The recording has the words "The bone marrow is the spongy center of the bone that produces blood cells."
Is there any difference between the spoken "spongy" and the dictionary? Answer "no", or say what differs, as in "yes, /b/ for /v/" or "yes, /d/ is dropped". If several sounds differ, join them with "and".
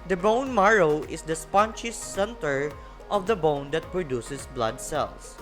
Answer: yes, /tʃ/ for /dʒ/